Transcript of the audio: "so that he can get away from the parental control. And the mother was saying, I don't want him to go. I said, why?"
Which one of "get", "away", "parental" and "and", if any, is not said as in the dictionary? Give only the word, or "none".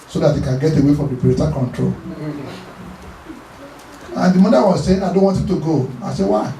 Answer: parental